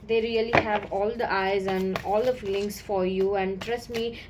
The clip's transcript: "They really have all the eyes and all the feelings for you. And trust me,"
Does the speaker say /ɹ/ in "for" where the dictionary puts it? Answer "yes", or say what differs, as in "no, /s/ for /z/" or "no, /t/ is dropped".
yes